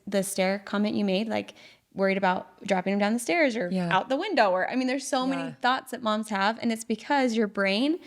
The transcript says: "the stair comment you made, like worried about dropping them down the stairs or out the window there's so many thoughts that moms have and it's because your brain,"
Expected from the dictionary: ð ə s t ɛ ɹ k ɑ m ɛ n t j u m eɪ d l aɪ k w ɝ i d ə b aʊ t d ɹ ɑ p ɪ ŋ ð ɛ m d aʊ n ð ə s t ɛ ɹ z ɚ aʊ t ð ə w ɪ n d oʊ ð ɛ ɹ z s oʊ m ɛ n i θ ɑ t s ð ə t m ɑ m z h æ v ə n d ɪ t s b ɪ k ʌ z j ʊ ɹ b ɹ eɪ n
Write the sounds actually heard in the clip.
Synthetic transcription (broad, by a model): ð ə s t ɛ ɹ k ɑ m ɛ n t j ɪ m eɪ d l aɪ k w ɝ i d ə b aʊ t d ɹ ɑ p ɪ ŋ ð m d aʊ n ð ə s t ɛ ɹ z ɚ aʊ t ð ə w ɪ n d oʊ ð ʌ ɹ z s oʊ m ɛ n i θ ɑ t s ð ə t m ɑ m z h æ v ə n ɪ t s b ɪ k ʌ z j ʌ ɹ b ɹ eɪ n